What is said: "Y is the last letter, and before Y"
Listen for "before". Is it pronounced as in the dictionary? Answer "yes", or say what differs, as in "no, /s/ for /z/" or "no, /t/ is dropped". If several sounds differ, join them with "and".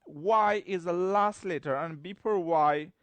no, /p/ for /f/